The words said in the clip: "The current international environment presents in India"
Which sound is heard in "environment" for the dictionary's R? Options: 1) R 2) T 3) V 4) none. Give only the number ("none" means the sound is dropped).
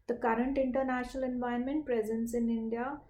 4